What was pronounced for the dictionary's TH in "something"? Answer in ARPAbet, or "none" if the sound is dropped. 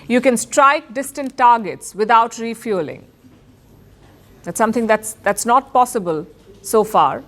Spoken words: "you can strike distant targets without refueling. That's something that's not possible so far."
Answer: T